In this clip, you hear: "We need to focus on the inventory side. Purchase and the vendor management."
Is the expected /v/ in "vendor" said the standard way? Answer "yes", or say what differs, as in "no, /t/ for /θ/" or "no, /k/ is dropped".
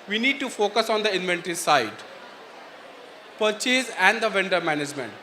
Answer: yes